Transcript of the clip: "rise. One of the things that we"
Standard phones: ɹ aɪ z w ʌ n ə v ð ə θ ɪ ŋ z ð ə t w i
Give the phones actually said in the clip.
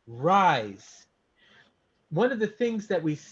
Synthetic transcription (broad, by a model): ɹ aɪ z w ʌ n ə v ð ə θ ɪ ŋ z ð ə t w i